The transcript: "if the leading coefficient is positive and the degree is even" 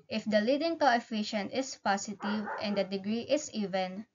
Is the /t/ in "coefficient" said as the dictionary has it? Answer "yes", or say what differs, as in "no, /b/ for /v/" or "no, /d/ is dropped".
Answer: yes